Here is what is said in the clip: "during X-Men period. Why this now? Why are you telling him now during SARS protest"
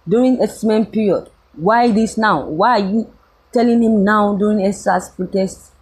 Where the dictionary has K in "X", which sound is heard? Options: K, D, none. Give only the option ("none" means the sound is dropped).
none